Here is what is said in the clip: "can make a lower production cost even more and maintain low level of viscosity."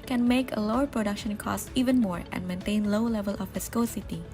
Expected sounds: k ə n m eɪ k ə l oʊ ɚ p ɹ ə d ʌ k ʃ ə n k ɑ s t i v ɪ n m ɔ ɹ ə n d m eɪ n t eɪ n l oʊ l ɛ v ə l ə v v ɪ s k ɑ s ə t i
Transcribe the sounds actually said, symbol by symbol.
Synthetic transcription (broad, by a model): k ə n m eɪ k ə l oʊ ɚ p ɹ ə d ʌ k ʃ ə n k ɑ s t i v ɪ n m ɔ ɹ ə n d m eɪ n t eɪ n l oʊ l ɛ v ə l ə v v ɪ s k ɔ s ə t i